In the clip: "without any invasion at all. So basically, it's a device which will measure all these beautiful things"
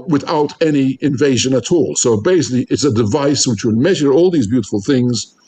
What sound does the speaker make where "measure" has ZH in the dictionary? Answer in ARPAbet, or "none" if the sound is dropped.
ZH